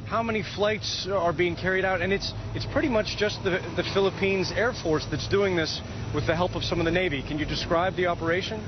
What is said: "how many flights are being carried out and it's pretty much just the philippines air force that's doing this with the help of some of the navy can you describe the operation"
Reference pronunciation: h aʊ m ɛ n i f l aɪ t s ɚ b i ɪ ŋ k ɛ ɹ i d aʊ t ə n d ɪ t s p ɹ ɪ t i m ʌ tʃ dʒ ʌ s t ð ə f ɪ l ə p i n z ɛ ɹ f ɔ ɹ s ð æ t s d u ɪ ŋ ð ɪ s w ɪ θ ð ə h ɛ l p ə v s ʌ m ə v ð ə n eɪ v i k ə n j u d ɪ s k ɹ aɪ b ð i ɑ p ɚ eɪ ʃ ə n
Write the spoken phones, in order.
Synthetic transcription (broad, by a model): h aʊ m ɛ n i f l aɪ t s ɚ b i ɪ ŋ k ɛ ɹ i d aʊ t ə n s ɪ t s p ɹ ɪ t i m ʌ tʃ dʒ ʌ s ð ð ə f ɪ l ə p i n z ɛ ɹ f ɔ ɹ s ð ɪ t s d u ɪ ŋ ð ɪ s w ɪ ð ə h ɛ l p ə v s ʌ m ə v ð ə n eɪ v i k ə n j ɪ d ɪ s k ɹ aɪ b ð i ɑ p ɚ eɪ ʃ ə n